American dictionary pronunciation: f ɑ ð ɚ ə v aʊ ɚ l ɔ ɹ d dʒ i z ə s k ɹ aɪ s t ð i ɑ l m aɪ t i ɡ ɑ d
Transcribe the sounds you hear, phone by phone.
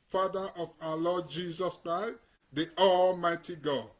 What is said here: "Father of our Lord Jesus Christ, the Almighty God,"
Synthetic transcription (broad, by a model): f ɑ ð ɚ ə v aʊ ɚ l ɔ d dʒ i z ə s k ɹ aɪ s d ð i ɑ l m aɪ t i ɡ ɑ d